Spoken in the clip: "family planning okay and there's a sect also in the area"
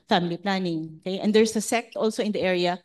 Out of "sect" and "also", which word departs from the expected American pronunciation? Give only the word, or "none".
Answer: none